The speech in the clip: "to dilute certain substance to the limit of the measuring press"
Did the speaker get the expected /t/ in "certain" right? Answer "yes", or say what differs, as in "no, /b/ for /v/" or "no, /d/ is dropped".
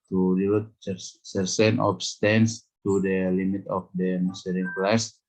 no, /s/ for /t/